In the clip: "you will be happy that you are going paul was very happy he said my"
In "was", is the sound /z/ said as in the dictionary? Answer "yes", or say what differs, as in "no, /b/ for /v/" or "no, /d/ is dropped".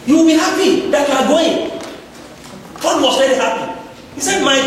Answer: no, /s/ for /z/